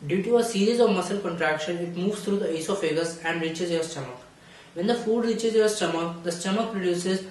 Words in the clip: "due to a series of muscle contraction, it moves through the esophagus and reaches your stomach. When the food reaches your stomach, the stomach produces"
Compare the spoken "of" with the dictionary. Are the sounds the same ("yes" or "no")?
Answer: yes